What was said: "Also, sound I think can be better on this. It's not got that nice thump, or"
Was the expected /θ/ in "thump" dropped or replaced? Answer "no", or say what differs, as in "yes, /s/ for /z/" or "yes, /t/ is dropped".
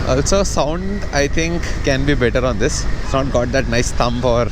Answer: yes, /t/ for /θ/